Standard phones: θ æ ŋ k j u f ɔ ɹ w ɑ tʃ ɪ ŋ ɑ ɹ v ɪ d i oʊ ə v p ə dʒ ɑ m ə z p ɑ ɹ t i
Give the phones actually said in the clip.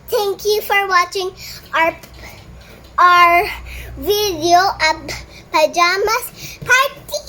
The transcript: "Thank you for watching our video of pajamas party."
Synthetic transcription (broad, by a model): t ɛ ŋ k j u f ɔ ɹ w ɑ tʃ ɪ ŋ ɑ ɹ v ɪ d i oʊ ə b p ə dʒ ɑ m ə s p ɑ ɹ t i